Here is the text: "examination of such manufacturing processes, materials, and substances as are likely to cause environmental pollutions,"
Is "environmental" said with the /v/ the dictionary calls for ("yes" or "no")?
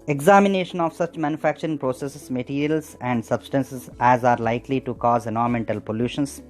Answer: no